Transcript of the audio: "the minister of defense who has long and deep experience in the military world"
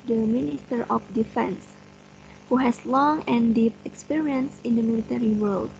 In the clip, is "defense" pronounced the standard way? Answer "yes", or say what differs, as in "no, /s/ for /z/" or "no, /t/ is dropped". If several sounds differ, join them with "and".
yes